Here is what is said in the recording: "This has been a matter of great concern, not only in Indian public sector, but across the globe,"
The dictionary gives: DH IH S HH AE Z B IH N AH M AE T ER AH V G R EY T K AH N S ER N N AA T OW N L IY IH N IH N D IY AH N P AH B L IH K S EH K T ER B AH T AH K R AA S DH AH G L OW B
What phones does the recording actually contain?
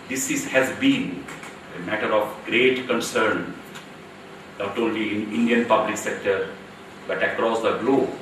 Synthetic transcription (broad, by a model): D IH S HH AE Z B IH N AH M AE T ER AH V G R EY T K AH N S ER N N AA T OW N L IY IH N IH N D IY AH N P AH B L IH K S EH K T ER B AH T AH K R AA S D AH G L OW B